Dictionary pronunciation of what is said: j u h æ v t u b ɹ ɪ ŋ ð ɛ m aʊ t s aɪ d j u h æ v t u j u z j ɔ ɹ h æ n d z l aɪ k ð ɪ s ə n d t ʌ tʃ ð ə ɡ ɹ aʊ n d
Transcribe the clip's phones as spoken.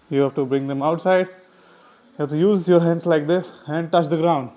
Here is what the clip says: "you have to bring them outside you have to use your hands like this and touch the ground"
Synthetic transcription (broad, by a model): j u h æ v t u b ɹ ɪ ŋ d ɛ m aʊ t s aɪ d j u h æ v t u j u z j ɔ ɹ h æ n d s l aɪ k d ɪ s ə n d t ʌ tʃ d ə ɡ ɹ aʊ n d